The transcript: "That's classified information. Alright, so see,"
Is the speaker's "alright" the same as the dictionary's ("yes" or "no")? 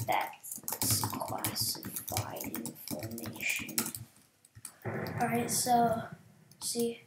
no